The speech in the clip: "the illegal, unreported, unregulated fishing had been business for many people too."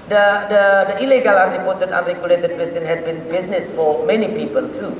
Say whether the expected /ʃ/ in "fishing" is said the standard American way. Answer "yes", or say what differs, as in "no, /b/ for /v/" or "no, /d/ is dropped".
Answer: no, /s/ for /ʃ/